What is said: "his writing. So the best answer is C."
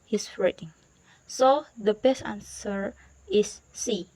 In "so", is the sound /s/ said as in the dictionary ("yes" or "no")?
yes